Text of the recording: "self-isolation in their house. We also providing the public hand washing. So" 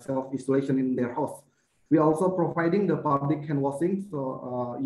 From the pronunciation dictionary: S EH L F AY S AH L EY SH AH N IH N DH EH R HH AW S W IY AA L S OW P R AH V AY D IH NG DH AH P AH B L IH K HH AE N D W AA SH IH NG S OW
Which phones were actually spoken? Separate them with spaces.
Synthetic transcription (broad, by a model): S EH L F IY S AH L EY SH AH N IH N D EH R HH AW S W IY AA L S OW P R AH V AY D IH NG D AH P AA B L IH K HH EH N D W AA S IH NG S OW